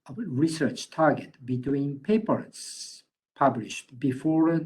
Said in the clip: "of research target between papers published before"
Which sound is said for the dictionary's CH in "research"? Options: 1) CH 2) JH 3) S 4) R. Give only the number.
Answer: 1